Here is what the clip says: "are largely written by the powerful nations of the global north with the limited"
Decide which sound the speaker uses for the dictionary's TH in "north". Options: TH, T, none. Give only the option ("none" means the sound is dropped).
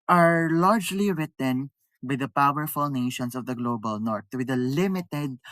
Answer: T